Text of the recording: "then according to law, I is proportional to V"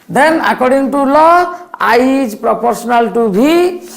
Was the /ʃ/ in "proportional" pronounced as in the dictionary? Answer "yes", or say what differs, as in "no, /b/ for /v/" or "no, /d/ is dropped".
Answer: no, /s/ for /ʃ/